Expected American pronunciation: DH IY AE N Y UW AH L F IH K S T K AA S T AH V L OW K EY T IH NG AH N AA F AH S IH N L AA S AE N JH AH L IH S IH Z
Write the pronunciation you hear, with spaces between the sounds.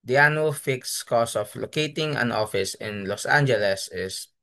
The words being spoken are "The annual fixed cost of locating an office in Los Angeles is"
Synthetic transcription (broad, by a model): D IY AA N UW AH L F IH K S K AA S AH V L OW K EY T IH NG AH N AA F AH S IH N L AA S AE N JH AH L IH S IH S